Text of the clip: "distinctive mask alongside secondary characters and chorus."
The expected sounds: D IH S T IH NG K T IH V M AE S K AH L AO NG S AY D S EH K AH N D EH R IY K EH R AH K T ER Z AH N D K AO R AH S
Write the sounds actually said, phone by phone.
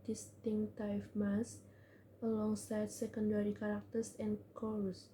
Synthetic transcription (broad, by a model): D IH S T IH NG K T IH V M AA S AH L AO NG S AY D S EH K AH N D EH R IY K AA R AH K T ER S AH N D K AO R S